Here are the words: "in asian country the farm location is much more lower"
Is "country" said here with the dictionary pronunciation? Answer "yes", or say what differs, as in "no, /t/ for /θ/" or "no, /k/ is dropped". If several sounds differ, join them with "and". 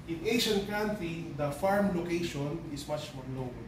no, /ɹ/ is dropped